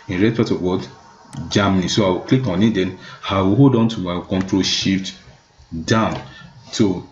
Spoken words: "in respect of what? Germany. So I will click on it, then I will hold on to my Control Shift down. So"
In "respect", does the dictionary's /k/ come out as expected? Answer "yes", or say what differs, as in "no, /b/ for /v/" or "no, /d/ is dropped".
no, /k/ is dropped